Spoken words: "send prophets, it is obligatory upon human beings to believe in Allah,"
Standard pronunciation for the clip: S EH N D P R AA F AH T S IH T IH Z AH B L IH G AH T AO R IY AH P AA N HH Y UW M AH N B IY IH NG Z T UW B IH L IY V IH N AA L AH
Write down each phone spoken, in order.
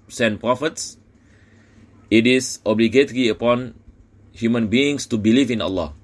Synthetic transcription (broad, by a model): S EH N P R AA F AH T S IH T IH S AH B L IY G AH T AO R IY AH P AA N HH Y UW M AH N B IY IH NG S T UW B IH L IY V IH N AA L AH